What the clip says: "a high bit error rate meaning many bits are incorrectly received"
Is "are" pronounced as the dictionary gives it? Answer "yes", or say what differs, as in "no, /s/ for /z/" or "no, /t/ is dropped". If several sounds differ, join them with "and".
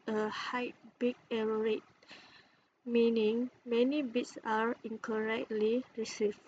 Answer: yes